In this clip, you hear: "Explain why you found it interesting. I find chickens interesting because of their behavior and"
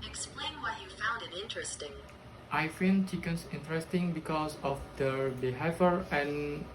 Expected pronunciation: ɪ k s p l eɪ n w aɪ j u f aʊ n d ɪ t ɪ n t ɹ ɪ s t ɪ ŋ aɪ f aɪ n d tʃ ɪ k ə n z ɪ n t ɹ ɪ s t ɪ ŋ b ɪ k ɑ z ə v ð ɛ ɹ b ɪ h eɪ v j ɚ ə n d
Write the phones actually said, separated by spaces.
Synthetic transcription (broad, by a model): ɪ k s p l eɪ n w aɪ j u f aʊ n d ɪ t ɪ n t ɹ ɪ s t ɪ ŋ aɪ f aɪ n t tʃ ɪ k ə n s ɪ n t ɹ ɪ s t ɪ ŋ b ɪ k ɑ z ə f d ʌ b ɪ h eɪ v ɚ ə n